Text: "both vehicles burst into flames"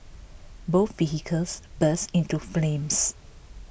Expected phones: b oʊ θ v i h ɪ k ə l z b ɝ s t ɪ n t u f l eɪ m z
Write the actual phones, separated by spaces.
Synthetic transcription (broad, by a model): b oʊ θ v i h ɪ k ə l s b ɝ s ɪ n t u f l eɪ m s